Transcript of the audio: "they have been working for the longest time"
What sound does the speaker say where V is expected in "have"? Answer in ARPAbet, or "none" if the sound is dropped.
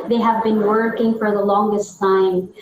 V